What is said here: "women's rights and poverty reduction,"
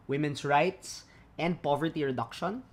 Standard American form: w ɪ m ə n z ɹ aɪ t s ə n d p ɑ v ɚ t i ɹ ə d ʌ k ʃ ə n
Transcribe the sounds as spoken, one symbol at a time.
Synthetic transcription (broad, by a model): w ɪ m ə n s ɹ aɪ t s ə n d p ɑ v ɚ t i ɹ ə d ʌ k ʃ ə n